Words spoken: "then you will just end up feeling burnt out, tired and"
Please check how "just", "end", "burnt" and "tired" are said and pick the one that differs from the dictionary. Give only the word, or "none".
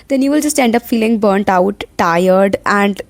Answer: none